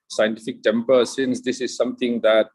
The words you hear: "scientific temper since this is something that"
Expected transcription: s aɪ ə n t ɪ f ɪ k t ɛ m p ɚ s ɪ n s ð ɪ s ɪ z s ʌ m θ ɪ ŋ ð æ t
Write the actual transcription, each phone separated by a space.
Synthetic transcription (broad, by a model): s aɪ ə n t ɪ f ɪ k t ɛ m p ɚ s ɪ n s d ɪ s ɪ z s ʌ m t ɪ ŋ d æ t